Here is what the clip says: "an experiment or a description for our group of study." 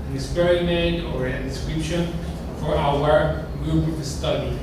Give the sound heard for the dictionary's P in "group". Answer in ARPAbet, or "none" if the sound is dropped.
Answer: none